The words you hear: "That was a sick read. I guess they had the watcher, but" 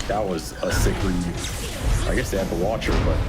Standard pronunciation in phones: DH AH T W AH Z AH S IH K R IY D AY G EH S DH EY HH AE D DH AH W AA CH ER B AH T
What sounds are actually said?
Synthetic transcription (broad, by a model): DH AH T W AH Z AH S IH K L IY AY G EH S DH EY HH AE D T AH W AA CH ER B AH T